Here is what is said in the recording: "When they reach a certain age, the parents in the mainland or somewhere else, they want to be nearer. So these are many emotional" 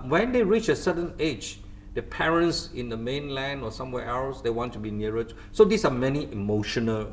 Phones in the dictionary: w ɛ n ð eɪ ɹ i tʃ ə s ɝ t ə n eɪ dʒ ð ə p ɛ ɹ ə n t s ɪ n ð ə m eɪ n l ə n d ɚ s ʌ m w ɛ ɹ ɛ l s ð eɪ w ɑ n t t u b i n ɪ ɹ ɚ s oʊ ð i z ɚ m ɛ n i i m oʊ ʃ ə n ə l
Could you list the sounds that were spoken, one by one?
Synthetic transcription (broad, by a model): w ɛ n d eɪ ɹ i tʃ ə s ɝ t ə n eɪ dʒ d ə p ɛ ɹ ə n t s ɪ n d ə m eɪ n l ə n d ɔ s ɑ m w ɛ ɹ ɛ l s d eɪ w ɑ n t t u b i n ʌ ɹ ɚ s oʊ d i s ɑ m ɛ n i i m oʊ ʃ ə n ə l